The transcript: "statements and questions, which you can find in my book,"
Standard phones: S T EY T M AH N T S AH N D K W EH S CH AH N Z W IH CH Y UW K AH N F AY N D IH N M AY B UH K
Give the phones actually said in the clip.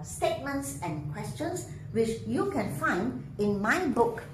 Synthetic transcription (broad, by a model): S T EY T M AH N T S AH N K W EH S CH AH N S W IH CH Y UW K AH N F AY N D IH N M AY B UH K